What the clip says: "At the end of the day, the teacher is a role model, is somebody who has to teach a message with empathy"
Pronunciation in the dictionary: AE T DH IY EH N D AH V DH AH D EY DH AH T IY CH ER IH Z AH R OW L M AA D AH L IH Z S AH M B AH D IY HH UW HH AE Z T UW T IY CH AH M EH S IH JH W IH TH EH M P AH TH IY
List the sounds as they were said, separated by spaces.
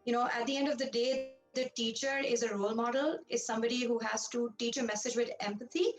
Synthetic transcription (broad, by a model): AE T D IY EH N D AH V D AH D EY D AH T IY CH ER IH Z AH R OW L M AA D AH L IH Z S AH M B AH D IY HH UW HH AE Z T UW T IY CH AH M EH S IH JH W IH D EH M P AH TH IY